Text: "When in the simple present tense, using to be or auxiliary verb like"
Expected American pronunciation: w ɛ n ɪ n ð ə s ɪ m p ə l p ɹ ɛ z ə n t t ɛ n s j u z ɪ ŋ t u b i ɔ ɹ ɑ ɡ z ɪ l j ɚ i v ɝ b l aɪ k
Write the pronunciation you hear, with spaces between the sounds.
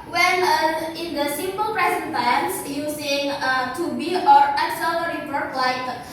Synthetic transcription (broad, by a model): w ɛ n ɪ n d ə s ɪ m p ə l p ɹ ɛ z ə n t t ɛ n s j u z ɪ ŋ t u b i ɔ ɹ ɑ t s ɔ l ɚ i p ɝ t l aɪ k